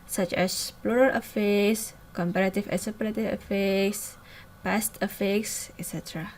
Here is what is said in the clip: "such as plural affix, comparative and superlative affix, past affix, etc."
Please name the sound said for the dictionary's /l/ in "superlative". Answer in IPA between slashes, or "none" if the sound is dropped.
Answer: none